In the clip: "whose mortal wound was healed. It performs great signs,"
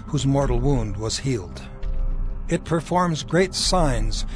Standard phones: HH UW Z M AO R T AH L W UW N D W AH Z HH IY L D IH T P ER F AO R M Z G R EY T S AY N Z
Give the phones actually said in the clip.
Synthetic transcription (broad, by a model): HH UW Z M AO R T L W UW N D W AH Z HH IY L D IH T P ER F AO R M Z G R EY T S AY N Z